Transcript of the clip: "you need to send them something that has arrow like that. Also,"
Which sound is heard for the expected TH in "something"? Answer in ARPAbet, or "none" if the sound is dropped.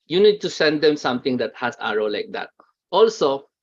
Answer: T